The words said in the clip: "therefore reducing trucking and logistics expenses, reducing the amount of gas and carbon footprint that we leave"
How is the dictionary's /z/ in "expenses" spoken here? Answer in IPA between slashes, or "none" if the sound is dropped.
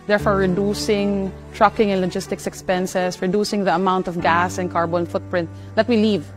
/s/